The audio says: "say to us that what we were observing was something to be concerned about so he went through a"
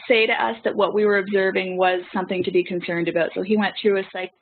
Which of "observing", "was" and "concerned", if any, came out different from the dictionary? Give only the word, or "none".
none